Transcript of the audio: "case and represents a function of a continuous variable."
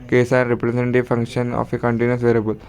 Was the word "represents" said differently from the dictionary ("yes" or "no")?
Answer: yes